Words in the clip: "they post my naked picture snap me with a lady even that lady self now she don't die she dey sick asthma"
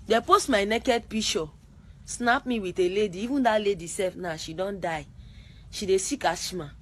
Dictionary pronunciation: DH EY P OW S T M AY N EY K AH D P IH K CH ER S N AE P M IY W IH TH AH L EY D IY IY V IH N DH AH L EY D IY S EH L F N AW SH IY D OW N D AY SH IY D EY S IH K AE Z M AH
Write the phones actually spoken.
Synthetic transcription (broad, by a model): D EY P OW S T M AY N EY K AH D P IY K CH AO S N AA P M IY W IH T AH L EY D IY IY V IH N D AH L EY D IY S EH F N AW SH IY D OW N D AY SH IY D EY S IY K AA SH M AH